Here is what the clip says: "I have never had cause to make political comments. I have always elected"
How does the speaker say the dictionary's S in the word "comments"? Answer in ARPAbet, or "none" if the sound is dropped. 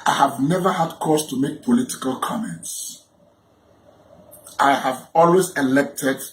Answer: S